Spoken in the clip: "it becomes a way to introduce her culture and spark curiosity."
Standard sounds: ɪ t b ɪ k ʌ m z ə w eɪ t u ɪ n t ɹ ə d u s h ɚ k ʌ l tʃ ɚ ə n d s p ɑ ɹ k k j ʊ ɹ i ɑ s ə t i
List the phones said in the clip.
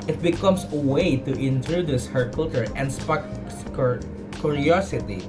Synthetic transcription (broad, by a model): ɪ t b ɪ k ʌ m s ə w eɪ t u ɪ n t ɹ ə d u s h ɚ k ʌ l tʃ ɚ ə n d s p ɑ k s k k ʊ ɹ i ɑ s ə t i